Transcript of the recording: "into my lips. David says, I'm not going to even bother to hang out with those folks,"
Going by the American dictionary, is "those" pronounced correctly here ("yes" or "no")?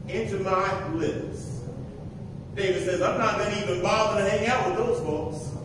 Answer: yes